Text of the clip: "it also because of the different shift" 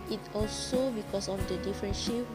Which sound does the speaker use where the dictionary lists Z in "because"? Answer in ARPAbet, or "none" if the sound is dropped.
S